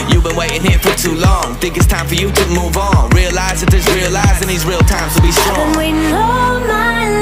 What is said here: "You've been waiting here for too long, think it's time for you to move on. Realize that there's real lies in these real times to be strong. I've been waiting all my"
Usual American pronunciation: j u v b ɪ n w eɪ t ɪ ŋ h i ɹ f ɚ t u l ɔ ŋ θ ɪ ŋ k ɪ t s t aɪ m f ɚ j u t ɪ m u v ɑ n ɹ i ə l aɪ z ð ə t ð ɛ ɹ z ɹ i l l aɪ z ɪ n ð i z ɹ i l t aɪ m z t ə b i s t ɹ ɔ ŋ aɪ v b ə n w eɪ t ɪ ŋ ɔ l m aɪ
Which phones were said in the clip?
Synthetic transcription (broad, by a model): j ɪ v b ɪ n w eɪ t ɪ ŋ h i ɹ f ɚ t u l ɔ ŋ θ ɪ ŋ k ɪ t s t aɪ m f ɚ j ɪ t ɪ m u v n ɹ i ə l aɪ z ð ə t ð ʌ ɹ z ɹ i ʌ l aɪ z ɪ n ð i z ɹ i l t aɪ m z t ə b i s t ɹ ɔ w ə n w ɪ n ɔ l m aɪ